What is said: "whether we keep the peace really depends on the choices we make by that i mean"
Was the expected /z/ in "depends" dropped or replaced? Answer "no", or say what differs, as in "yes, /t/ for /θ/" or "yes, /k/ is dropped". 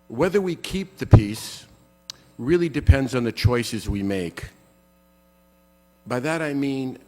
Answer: no